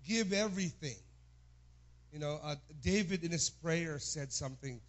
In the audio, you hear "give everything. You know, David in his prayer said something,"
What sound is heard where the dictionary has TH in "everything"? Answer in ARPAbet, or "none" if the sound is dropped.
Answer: TH